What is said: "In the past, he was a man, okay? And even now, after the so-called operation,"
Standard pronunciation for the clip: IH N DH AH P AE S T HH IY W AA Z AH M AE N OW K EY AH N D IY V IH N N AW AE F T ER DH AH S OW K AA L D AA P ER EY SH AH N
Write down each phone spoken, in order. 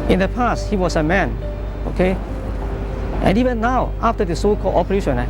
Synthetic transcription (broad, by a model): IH N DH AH P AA S T HH IY W AA S AH M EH N OW K EY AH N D IY V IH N N AW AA F T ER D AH S OW K AA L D AA P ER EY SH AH N